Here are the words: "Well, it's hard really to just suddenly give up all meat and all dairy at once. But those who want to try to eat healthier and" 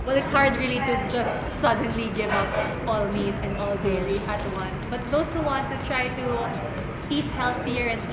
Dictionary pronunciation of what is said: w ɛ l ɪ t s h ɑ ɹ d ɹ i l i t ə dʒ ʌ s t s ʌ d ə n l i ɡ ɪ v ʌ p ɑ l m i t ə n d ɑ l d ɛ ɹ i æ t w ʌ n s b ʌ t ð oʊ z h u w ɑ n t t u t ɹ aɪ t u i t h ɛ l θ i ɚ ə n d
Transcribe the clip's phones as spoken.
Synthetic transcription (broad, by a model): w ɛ l ɪ t s h ɑ ɹ d ɹ i l i t ə dʒ ʌ s t s ʌ d ə n l i ɡ ɪ v ʌ p ɑ l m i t ə n d ɑ l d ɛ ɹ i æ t w ʌ n s b ʌ t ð oʊ s h u w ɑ n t t u t ɹ aɪ t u i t h ɛ l θ i ɚ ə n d